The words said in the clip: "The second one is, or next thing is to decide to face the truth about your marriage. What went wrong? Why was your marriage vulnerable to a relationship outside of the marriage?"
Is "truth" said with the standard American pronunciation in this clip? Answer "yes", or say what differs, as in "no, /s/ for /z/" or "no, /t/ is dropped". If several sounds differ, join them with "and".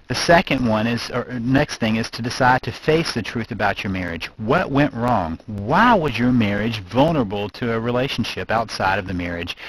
yes